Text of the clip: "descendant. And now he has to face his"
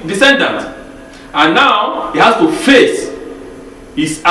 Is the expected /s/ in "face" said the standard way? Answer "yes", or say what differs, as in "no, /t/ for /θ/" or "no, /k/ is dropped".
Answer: yes